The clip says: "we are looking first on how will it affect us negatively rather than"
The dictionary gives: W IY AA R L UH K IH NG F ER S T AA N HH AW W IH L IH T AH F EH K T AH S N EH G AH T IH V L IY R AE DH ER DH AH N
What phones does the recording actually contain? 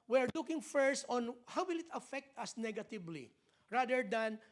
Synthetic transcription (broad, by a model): W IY AA R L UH K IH NG F ER S T AA N HH AW W IH L IH T AH F EH K T AH S N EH G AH T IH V L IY R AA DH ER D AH N